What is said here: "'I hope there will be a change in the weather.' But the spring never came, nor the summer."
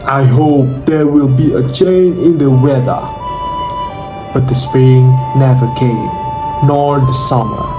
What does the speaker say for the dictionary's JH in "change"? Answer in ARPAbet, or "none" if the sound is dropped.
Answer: none